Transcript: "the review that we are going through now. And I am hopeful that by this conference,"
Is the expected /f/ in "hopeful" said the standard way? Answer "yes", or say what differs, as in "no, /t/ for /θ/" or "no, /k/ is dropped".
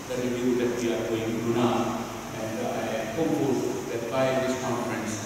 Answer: no, /f/ is dropped